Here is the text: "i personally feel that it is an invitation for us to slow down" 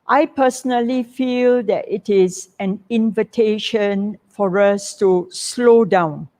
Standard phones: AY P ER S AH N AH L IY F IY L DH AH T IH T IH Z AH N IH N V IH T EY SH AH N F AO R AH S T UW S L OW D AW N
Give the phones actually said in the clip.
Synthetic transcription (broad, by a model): AY P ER S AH N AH L IY F IY L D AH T IH T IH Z AH N IH N V IH T EY SH AH N F AO R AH S T UW S L OW D AW N